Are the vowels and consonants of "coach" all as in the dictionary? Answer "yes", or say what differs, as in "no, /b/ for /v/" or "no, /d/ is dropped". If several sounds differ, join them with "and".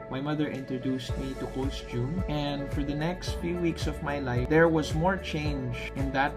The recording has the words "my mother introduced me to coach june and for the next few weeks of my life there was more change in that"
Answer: no, /s/ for /tʃ/